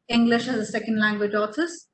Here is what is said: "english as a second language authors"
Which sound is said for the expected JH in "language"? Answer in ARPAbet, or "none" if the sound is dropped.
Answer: JH